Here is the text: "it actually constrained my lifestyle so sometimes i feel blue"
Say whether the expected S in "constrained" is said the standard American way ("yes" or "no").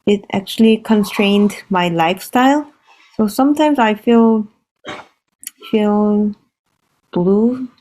yes